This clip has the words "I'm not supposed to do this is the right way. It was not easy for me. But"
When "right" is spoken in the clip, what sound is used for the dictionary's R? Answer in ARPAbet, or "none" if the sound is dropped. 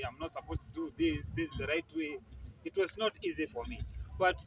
R